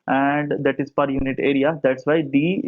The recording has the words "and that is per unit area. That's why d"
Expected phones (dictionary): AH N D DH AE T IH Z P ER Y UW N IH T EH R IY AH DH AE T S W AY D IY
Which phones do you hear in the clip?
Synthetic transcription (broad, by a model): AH N D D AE T IH Z P ER Y UW N IH T EH R IY AH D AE T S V AY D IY